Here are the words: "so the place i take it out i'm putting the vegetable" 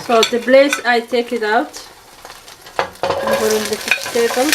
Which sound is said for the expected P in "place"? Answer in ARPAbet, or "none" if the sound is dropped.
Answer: B